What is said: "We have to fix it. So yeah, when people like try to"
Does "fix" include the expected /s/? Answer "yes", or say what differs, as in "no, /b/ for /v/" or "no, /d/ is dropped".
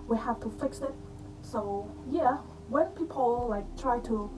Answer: yes